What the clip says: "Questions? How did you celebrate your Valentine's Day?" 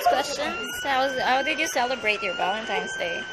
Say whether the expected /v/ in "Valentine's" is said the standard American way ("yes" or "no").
no